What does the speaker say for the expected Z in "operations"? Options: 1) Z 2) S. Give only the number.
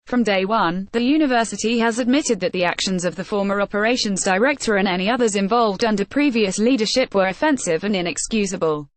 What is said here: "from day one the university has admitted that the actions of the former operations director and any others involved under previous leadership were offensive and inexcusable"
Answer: 1